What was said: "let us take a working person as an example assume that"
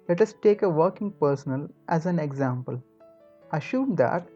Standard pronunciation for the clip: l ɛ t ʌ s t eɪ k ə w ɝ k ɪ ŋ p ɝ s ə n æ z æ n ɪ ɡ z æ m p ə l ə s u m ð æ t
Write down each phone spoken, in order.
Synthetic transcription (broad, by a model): l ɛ t ʌ s t eɪ k ə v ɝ k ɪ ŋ p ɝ s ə n æ z æ n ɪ ɡ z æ m p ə l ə ʃ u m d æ t